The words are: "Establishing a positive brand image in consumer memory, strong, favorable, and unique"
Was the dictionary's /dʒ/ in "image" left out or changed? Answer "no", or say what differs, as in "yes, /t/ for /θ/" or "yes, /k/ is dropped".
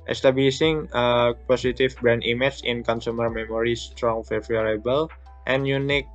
yes, /tʃ/ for /dʒ/